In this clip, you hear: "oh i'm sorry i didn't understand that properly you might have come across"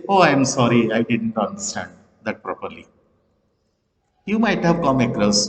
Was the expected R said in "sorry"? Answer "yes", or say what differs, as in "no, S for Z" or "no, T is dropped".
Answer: yes